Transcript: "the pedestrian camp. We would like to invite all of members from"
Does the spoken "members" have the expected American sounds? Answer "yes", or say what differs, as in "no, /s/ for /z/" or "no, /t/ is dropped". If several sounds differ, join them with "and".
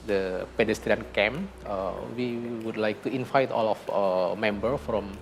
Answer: no, /z/ is dropped